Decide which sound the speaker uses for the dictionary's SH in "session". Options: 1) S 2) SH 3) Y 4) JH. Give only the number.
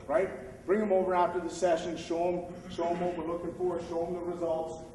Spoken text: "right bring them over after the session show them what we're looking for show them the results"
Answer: 2